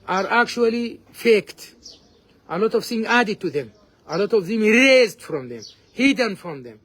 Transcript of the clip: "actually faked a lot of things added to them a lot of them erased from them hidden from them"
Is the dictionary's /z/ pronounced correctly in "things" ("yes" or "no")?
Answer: no